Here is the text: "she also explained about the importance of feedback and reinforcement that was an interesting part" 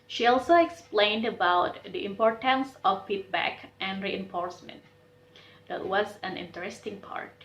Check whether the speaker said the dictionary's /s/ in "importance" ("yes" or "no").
yes